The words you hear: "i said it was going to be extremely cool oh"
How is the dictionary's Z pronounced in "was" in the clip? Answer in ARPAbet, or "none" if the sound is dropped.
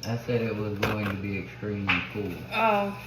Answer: Z